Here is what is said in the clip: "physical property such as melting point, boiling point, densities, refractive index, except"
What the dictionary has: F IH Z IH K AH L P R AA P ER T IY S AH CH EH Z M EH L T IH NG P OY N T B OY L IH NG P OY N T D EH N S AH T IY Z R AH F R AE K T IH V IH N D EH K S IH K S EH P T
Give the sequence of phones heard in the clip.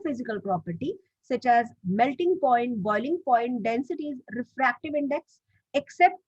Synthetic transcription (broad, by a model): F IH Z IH K AH L P R AA P ER T IY S AH CH EH Z M EH L T IH NG P OY N T B OY L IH NG P OY N T D EH N S AH T IY Z R AH F R AE K T IH V IH N D EH K S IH K S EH P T